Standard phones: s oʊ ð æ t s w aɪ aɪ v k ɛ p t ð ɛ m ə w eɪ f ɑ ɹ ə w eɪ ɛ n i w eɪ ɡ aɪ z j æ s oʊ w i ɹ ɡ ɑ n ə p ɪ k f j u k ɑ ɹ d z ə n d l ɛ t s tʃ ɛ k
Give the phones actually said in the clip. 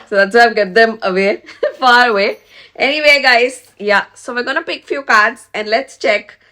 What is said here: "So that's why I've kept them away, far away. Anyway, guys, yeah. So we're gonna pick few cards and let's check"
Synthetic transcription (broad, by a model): s oʊ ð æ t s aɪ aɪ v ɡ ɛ t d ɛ m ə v eɪ f ɑ ɹ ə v eɪ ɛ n i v eɪ ɡ aɪ z j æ s oʊ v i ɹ ɡ ɑ n ə p ɪ k f j u k ɑ ɹ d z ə n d l ɛ t s tʃ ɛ k